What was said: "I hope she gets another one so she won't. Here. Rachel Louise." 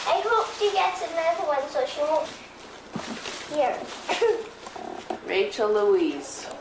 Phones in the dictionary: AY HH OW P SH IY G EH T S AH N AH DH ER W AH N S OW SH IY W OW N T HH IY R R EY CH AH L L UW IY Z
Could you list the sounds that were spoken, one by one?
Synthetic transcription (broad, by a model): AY HH OW P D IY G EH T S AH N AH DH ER W AH N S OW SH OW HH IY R R EY CH AH L L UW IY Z